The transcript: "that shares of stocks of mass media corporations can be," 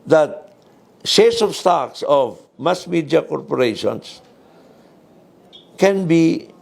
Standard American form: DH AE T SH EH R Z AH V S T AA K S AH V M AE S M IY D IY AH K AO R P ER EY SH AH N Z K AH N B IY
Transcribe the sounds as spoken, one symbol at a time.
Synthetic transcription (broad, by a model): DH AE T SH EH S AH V S T AA K S AH V M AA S M IY D IY AH K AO R P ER EY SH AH N S K AH N B IY